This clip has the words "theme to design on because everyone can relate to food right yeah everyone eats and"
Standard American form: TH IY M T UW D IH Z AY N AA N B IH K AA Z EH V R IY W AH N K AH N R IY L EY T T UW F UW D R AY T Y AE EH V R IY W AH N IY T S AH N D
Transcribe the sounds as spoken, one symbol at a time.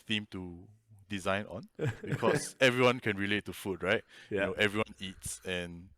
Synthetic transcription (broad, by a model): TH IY M T UW D IH Z AY N AA N B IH K AA S EH V R IY W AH N K AH N R IY L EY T T UW F UW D R AY T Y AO EH V R IY W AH N IY T S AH N